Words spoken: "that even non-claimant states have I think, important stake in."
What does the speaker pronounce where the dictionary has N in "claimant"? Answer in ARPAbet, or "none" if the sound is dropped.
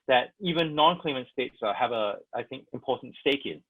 N